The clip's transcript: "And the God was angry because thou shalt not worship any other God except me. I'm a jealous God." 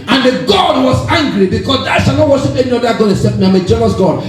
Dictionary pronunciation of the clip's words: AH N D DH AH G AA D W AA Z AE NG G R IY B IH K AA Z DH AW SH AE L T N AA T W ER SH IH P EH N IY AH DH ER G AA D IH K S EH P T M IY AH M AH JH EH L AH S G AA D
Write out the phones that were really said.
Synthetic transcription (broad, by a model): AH N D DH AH G AA D W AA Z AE NG G R IY B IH K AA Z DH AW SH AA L N AA T W ER SH IH P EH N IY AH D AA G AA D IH S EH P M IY AH M AH JH EH L AH S G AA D